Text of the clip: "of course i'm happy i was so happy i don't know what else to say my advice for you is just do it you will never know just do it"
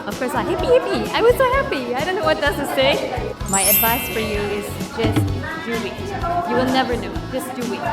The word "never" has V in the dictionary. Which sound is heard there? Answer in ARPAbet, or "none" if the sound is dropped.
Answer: V